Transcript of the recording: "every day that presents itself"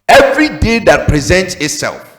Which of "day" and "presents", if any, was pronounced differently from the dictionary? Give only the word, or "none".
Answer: none